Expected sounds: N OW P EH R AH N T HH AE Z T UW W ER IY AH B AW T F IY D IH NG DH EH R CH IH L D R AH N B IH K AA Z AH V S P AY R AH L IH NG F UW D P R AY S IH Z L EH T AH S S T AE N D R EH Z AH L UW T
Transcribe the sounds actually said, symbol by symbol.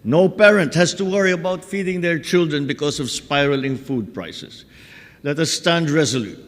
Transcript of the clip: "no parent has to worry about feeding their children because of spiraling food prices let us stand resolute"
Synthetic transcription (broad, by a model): N OW P EH R AH N T HH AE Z T UW W ER IY AH B AW T F IY D IH NG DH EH R CH IH L D R AH N B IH K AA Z AH V S P AY R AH L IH NG F UW D P R AY S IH S L EH T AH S S T AE N D R EH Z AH L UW T